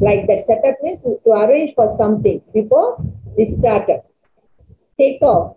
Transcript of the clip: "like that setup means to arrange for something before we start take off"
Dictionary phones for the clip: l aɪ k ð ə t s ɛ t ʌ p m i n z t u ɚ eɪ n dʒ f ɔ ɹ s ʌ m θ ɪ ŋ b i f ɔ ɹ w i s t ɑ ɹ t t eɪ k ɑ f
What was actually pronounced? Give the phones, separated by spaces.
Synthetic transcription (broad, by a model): l aɪ k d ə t s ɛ t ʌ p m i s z t u ɚ eɪ n dʒ f ɔ ɹ s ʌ m t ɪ ŋ b i f ɔ ɹ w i s t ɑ ɹ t t eɪ k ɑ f